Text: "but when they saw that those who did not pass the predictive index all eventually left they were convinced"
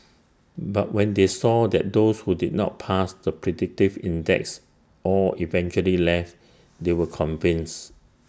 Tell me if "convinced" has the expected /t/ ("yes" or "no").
no